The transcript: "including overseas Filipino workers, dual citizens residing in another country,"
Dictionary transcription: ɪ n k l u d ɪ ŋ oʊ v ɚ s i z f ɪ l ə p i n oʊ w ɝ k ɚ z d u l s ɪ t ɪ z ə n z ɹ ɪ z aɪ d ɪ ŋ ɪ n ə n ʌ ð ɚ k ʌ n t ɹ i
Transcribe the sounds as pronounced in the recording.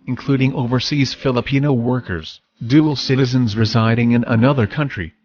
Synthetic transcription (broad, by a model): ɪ n k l u d ɪ ŋ oʊ v ɚ s i z f ɪ l ə p i n oʊ w ɝ k ɚ z d u l s ɪ t ɪ z ə n z ɹ ɪ z aɪ d ɪ ŋ ɪ n ə n ʌ ð ɚ k ʌ n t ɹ i